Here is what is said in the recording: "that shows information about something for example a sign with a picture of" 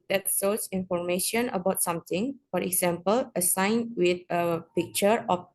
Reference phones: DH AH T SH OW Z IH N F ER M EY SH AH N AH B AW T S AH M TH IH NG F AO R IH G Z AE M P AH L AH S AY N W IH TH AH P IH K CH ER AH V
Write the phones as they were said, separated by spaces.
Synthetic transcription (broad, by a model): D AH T S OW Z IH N F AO M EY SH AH N AH B AW T S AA M T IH NG F AO R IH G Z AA M P AH L AH S AY N W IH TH AH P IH K CH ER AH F